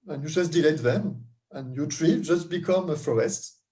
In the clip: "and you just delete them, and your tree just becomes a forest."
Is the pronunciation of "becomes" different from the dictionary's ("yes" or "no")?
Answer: yes